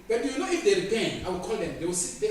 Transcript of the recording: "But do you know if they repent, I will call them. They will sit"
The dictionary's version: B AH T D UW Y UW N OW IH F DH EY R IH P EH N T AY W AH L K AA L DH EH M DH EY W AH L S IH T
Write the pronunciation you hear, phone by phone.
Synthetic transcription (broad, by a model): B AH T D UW Y UW N OW IH F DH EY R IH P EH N AY W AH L K AA L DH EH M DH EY W AH L S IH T